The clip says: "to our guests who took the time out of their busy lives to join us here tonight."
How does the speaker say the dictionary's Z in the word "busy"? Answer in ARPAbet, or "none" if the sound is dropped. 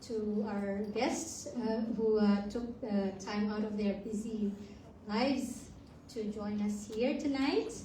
Z